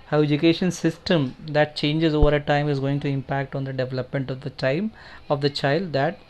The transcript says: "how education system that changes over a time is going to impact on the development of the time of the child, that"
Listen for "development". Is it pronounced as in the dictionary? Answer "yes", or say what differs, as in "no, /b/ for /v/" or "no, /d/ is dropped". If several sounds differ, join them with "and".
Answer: yes